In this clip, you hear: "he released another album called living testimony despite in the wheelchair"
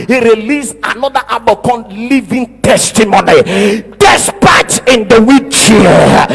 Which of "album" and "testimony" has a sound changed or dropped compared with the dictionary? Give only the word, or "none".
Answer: album